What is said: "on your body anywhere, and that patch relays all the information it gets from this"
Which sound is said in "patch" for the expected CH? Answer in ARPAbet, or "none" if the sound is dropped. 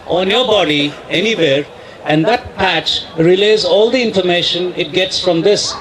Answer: CH